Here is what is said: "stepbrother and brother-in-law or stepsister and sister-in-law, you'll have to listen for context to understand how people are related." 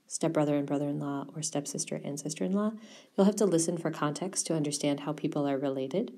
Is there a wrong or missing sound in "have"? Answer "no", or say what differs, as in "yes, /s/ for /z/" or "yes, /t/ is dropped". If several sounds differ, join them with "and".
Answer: yes, /f/ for /v/